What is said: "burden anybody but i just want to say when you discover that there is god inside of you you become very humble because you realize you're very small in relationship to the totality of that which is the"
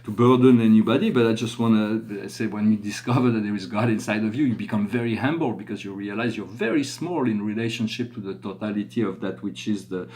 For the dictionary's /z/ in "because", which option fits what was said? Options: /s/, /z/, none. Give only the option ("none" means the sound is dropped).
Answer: /z/